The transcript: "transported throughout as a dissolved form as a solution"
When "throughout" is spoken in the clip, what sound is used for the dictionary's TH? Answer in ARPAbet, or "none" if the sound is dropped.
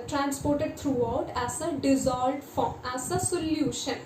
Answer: T